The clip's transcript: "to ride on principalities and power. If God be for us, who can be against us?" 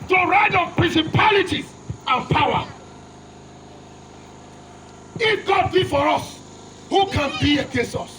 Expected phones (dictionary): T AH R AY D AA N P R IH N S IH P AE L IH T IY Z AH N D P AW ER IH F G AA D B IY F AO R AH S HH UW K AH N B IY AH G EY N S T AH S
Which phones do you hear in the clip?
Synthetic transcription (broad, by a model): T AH R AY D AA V P R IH N S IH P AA L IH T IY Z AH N P AW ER IH F G AA D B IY F AO R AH S HH UW K AH N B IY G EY S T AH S